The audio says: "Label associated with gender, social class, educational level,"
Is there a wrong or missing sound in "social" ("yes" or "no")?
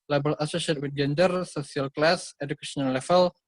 yes